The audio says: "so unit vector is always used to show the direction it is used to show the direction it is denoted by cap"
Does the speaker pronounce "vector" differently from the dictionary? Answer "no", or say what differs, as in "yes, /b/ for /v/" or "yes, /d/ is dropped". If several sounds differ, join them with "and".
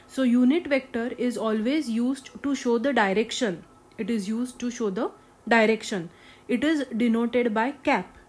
no